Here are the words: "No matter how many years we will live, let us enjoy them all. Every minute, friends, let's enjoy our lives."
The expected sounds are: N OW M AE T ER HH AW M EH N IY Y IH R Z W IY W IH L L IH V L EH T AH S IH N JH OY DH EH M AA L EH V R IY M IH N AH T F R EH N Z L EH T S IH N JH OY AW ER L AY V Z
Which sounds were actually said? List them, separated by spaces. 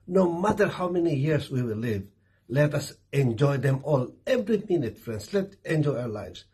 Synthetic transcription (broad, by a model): N OW M AE T ER HH AW M EH N IY Y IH R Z W IY W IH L L IH V L EH T AH S IH N JH OY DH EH M AA L EH V R IY M IH N AH T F R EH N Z L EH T IH N JH OY AW ER L AY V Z